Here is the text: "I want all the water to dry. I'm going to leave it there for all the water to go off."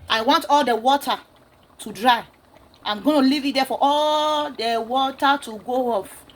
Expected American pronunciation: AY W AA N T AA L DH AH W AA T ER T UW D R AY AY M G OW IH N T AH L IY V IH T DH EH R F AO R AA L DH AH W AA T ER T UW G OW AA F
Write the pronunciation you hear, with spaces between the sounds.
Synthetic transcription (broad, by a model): AY W AA N T AA L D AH W AA T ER T UW D R AY AY M G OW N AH L IY V IH T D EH F AO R AA L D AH W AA T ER T UW G OW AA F